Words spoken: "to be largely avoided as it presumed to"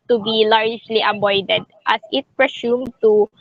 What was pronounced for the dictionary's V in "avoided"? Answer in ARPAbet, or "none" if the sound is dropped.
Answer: B